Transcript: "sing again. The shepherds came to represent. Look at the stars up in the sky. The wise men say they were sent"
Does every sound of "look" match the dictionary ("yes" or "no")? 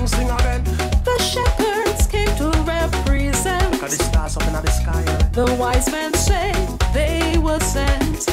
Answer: no